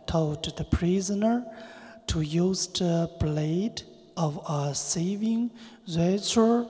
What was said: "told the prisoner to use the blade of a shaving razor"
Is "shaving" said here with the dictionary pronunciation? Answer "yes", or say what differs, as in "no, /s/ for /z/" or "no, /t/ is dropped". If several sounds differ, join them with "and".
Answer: no, /s/ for /ʃ/